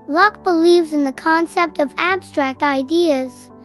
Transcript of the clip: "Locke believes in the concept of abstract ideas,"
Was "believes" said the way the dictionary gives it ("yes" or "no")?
yes